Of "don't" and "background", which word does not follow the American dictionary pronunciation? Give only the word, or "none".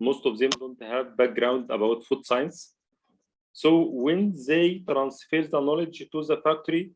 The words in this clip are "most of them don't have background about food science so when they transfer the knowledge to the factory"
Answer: none